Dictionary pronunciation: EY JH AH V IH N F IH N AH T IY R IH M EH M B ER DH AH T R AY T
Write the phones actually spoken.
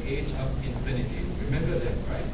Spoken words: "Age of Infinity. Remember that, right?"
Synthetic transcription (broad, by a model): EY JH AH P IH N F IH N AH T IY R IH M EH M B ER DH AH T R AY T